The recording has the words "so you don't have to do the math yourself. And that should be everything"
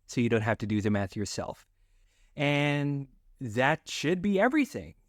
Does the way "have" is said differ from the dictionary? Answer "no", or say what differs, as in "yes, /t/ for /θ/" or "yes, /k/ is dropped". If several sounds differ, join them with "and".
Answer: yes, /f/ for /v/